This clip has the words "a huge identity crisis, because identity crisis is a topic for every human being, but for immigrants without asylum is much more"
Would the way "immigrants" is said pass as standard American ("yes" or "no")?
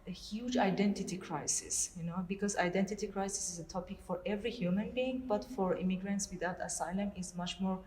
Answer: yes